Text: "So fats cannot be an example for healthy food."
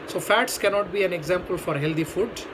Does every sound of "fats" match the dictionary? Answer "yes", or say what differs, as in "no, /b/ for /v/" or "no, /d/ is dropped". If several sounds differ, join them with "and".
yes